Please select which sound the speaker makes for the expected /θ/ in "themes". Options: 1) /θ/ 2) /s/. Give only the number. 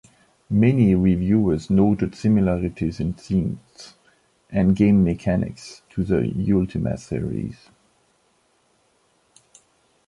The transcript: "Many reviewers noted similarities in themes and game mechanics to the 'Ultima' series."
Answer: 2